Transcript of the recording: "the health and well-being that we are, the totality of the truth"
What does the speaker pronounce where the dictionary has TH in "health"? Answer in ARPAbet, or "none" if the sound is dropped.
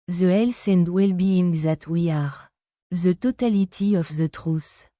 S